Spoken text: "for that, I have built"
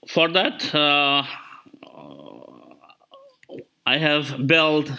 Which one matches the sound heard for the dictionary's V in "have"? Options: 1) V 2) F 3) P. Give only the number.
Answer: 1